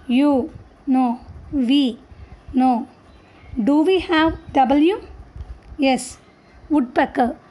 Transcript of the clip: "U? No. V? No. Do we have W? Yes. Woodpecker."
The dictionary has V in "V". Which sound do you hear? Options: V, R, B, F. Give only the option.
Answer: V